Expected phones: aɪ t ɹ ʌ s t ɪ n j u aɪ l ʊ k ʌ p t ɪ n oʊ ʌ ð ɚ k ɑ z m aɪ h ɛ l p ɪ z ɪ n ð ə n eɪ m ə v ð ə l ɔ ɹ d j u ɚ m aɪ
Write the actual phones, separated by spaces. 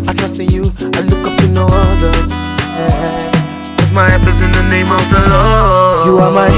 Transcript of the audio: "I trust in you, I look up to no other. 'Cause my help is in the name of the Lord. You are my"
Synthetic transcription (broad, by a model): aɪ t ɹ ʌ s t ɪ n j u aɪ l ʊ k ʌ p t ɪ n oʊ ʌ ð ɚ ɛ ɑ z m aɪ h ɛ p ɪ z ɪ n ð ə n eɪ m ə v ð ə l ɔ j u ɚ m aɪ